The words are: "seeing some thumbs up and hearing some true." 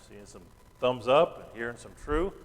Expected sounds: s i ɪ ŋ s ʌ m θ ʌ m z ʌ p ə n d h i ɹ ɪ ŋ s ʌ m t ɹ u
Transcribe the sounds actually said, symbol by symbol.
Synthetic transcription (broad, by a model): s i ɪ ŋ s ʌ m θ ʌ m z ʌ p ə n h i ɹ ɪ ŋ s ʌ m t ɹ u